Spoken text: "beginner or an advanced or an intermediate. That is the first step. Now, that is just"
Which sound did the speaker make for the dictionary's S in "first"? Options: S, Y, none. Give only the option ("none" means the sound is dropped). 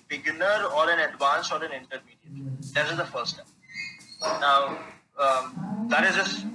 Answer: none